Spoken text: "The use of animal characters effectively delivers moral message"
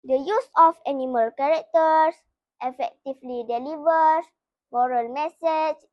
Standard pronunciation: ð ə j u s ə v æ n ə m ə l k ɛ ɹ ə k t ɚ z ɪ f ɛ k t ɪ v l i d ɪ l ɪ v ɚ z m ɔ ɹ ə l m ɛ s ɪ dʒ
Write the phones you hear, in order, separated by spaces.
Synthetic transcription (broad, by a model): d ə j u s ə f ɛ n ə m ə l k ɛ ɹ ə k t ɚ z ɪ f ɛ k t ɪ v l i d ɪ l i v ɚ s m ɔ ɹ ə l m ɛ s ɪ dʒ